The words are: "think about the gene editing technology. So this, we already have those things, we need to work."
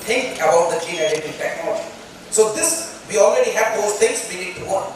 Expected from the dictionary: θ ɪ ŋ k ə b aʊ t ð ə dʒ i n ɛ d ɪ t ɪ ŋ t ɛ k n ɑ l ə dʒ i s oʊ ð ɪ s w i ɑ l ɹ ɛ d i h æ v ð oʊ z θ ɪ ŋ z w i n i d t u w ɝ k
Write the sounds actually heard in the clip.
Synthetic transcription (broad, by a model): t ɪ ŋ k ə b aʊ t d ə tʃ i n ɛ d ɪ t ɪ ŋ t ɛ k n ɑ l ə dʒ i s oʊ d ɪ s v i ɑ l ɹ ɛ d i h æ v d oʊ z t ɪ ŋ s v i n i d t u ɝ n